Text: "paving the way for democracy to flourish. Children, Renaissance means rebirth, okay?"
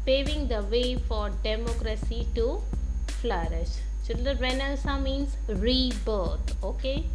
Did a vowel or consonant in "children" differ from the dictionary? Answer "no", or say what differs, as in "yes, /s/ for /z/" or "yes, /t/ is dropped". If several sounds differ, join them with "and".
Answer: yes, /ɹ/ is dropped